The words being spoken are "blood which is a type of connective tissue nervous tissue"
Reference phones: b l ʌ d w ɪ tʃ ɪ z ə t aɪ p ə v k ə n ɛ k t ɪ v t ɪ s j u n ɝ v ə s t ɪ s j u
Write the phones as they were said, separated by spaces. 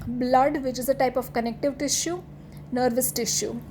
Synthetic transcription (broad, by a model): b l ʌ d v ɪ tʃ ɪ z ə t aɪ p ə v k ə n ɛ k t ɪ v t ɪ ʃ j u n ɝ v ə s t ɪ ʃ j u